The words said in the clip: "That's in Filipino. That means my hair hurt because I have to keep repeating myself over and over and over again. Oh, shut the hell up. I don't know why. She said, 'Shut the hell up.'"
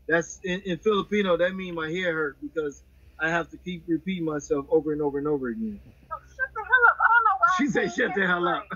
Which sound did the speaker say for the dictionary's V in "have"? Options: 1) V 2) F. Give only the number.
2